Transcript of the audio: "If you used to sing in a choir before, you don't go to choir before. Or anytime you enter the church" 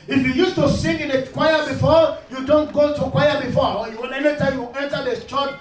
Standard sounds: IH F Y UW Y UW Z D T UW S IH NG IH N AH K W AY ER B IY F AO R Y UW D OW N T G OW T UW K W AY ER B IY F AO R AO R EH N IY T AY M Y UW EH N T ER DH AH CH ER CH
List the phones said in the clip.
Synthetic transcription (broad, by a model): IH F Y UW Y UW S T UW S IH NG IH N AH K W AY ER B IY F AO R Y UW D OW N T G OW T UW K W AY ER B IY F AO W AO L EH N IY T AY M Y UW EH N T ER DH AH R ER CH